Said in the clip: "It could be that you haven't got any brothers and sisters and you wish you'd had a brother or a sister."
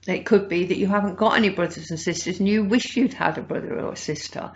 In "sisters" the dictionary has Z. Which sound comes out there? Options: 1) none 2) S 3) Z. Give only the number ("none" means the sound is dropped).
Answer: 3